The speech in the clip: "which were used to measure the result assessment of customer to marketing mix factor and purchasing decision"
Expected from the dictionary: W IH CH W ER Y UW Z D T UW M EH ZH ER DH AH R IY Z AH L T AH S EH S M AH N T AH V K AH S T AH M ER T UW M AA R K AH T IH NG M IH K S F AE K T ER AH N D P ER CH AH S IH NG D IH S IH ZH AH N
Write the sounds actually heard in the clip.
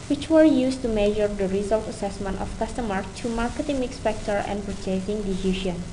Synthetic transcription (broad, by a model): W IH CH W ER Y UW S T UW M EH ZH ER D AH R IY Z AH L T AH S EH S M AH N T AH F K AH S T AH M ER T UW M AA R K AH T IH NG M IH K S P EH K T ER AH N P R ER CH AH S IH NG D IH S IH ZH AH N